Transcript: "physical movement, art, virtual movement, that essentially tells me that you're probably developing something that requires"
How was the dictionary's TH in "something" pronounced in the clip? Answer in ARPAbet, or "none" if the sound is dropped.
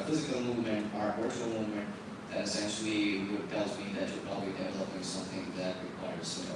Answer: TH